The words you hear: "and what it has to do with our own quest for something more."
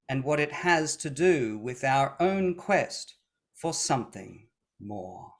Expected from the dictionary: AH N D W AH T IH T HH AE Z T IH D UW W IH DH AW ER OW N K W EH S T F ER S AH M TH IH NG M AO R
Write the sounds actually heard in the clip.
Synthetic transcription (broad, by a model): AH N W AH T IH T HH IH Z T IH D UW W IH DH AW ER OW N K W EH S T F ER S AH M TH IH NG M AO R